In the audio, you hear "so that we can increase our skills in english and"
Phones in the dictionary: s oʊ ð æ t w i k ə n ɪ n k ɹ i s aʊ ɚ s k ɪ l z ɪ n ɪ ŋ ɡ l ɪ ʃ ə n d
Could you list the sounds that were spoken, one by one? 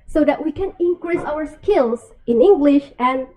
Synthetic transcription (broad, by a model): s oʊ ð æ t w i k ə n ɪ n k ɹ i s aʊ ɚ s k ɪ l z ɪ n ɪ ŋ ɡ l ɪ ʃ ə n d